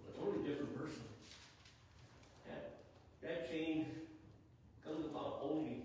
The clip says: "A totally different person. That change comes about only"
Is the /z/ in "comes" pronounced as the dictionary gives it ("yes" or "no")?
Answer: yes